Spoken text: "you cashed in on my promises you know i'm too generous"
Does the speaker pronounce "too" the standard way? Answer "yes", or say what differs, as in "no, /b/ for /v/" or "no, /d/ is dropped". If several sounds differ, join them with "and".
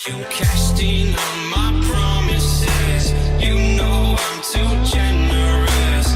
no, /s/ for /t/